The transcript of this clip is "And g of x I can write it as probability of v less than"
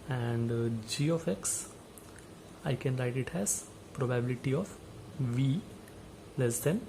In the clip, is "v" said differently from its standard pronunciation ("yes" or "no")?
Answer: no